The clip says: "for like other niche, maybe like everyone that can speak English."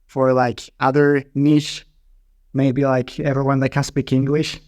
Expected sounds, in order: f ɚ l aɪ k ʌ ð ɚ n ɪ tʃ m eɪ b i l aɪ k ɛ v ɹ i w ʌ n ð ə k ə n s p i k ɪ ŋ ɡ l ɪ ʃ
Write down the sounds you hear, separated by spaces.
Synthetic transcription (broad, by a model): f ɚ l aɪ k ʌ ð ɚ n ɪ ʃ m eɪ b i l aɪ k ɛ v ɹ i w ʌ n ð ə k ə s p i k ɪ ŋ ɡ l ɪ ʃ